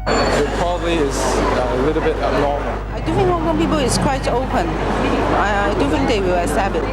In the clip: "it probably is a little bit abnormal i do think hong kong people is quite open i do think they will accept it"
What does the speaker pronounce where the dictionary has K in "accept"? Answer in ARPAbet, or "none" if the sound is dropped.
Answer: none